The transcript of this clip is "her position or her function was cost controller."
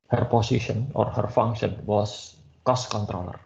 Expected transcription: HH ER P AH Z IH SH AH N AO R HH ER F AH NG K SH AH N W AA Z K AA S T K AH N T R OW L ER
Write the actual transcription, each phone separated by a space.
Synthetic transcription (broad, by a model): HH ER P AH S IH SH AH N AO R HH ER F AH NG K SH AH N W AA S K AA S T K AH N T R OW L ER